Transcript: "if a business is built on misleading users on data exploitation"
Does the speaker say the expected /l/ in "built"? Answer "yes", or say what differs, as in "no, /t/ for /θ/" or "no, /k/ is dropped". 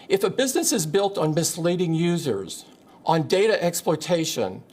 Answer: yes